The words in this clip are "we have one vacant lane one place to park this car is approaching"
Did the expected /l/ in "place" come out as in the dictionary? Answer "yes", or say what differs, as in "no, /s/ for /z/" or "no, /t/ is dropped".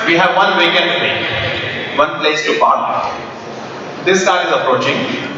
yes